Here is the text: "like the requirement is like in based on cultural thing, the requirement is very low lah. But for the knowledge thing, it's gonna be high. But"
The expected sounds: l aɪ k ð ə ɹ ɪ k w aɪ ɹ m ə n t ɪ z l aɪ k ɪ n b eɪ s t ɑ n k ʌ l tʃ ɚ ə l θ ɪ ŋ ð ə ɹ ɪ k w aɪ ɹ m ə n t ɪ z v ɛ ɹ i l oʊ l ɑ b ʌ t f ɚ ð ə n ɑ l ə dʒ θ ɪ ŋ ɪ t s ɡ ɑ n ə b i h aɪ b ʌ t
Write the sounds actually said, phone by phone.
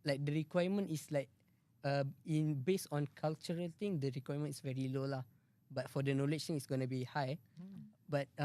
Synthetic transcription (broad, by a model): l aɪ k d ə ɹ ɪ k w aɪ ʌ m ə n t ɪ s l aɪ k ɪ n b eɪ s ɑ n k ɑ l tʃ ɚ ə l t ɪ ŋ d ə ɹ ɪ k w aɪ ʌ m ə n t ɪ s v ɛ ɹ i l oʊ l ɑ b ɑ t f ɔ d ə n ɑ l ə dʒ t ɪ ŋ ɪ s ɡ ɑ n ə b i h aɪ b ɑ t